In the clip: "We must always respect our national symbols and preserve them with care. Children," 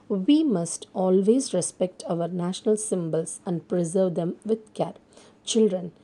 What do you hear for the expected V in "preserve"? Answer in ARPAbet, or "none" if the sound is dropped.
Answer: V